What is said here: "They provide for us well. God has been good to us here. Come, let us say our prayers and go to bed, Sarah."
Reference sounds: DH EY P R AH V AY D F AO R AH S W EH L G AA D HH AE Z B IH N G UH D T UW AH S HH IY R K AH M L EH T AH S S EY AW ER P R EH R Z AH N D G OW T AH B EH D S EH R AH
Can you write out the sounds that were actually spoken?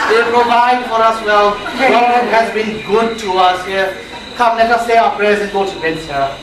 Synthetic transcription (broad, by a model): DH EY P R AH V AY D F AO R AH S W EH L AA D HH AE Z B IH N G UH D T UW AH S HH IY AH K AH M N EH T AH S S EY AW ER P R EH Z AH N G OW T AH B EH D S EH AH